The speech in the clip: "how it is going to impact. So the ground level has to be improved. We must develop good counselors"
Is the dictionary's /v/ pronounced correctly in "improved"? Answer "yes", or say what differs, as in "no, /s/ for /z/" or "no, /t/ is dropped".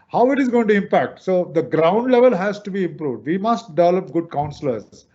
yes